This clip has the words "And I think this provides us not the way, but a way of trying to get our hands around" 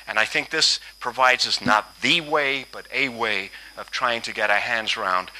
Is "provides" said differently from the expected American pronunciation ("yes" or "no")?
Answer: no